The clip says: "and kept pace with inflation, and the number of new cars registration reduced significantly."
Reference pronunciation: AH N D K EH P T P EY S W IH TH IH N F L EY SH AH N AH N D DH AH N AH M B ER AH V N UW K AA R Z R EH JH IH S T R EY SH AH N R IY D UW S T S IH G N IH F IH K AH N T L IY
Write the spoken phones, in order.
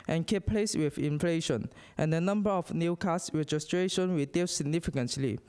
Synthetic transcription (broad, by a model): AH N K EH P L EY S W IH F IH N F L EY SH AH N AH N D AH N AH M B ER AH F N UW K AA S R EH JH IH S T R EY SH AH N W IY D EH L S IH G N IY F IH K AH N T L IY